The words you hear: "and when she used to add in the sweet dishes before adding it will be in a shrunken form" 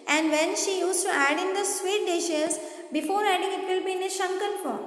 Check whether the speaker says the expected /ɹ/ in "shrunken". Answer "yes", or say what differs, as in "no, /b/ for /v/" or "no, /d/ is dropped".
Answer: no, /ɹ/ is dropped